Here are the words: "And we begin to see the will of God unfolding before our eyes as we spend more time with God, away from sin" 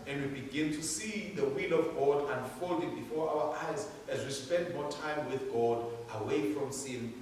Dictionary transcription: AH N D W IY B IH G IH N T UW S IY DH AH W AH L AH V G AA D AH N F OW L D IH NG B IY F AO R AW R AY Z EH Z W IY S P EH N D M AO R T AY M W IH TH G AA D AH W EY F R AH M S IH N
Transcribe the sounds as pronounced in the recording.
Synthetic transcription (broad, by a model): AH N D W IY B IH G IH N T UW S IY DH AH W AH L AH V G AA D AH N F OW L D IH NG B IY F AO R AW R AY Z EH Z W IY S P EH N D M AO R T AY M W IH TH G AA D AH W EY F R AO M S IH N